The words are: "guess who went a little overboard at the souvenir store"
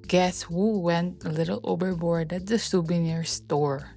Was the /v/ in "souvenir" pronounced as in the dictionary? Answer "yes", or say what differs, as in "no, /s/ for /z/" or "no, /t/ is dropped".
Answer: no, /b/ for /v/